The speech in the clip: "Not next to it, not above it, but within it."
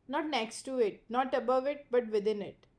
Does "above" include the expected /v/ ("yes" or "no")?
yes